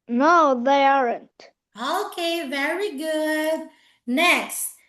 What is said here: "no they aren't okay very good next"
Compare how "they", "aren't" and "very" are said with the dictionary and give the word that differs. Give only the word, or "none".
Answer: none